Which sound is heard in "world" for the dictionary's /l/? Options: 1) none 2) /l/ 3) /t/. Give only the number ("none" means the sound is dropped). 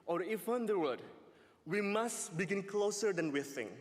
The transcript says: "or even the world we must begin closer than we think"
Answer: 1